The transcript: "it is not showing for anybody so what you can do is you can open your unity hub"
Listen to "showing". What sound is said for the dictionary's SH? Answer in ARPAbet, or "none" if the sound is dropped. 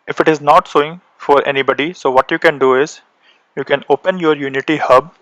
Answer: S